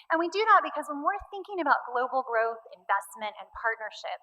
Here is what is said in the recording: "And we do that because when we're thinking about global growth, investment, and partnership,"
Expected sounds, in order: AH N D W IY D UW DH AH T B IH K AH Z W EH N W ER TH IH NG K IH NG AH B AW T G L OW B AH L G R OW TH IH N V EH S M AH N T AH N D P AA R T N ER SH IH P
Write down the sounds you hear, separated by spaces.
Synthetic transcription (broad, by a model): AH N W IY D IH DH AH T B IH K AH Z W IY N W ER TH IH NG K IH NG AH B AW T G L OW B L G R OW TH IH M V EH S M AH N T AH N P AA R T N ER SH IH P